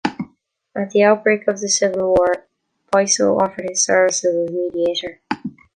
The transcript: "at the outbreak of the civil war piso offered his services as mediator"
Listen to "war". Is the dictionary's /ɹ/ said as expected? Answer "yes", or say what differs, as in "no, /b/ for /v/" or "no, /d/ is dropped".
yes